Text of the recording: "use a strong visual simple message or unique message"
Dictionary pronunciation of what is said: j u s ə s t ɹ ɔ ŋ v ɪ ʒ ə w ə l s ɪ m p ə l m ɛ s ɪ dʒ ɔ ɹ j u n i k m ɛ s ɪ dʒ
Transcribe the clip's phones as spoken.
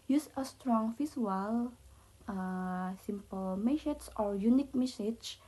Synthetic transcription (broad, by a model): j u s ə s t ɹ ɔ ŋ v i s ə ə l s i m p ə l m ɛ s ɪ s ɔ ɹ j u n i k m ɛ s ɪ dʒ